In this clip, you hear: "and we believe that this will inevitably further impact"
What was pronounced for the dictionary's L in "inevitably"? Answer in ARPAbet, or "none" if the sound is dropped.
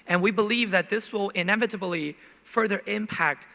L